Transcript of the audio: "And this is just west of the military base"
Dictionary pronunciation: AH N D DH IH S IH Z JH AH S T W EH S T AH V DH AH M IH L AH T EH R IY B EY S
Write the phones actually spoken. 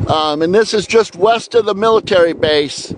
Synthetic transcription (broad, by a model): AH N DH IH S IH Z JH AH S T W EH S T AH V DH AH M IH L AH T EH R IY B EY S